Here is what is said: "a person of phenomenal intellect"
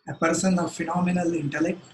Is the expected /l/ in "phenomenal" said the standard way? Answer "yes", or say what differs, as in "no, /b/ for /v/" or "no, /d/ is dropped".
yes